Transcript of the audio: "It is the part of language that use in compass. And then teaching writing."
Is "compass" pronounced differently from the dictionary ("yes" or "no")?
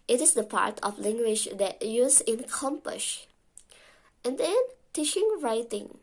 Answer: yes